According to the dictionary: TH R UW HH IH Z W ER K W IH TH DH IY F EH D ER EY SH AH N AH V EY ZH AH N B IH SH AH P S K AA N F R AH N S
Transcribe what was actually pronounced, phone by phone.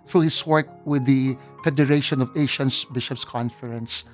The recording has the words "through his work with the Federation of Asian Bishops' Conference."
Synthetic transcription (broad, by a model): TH R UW HH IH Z W ER K W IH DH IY F EH D ER EY SH AH N AH V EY SH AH N B IH SH AH P S K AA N F R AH N S